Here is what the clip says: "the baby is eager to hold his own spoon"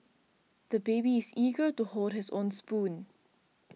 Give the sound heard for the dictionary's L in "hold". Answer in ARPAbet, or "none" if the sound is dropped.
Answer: none